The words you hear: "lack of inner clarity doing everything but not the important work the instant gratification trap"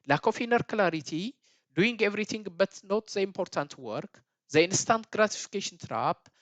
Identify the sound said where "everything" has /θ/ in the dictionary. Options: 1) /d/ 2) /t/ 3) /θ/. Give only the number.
2